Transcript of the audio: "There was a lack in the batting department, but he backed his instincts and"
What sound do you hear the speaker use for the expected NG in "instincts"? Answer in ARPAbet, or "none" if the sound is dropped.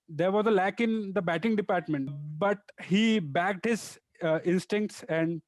NG